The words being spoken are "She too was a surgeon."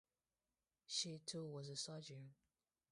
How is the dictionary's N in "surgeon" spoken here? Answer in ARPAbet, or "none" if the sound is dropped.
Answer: none